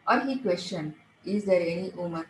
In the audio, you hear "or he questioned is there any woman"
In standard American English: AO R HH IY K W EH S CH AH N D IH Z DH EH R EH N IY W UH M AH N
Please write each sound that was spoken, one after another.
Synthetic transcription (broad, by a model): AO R HH IY K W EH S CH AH N IH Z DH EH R EH N IY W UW M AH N